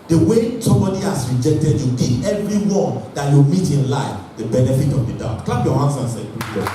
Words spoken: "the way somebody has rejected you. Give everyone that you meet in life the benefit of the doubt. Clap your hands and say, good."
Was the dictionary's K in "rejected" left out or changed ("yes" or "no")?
no